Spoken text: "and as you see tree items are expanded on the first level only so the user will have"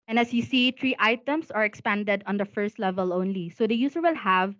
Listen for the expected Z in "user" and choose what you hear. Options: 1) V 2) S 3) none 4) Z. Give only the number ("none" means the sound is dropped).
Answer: 2